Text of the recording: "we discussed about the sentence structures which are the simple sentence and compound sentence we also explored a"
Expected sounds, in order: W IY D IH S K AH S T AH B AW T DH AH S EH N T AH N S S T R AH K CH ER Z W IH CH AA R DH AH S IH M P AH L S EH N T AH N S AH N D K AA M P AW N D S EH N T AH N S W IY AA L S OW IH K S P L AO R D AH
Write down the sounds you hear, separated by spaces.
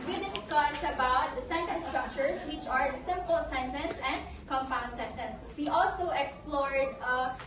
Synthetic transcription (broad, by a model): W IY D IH S K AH S AH B AW T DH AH S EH N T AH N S S T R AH K CH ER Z W IH CH AA R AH S IH M P AH L S EH N T AH N S AH N D K AA M P AW N D S EH N T AH N S W IY AA L S OW IH K S P L AO R D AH